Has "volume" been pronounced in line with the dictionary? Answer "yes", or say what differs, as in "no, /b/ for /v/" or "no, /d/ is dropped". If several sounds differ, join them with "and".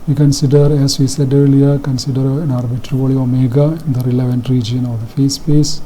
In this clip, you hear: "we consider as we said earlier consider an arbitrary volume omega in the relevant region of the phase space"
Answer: no, /m/ is dropped